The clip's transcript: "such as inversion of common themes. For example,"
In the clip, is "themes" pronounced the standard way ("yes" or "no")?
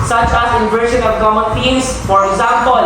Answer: no